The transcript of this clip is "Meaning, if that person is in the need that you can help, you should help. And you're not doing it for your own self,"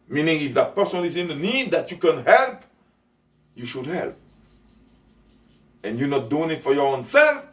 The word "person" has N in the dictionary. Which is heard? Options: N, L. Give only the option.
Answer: L